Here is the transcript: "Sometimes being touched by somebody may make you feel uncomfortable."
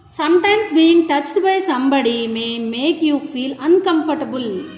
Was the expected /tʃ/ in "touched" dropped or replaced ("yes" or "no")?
no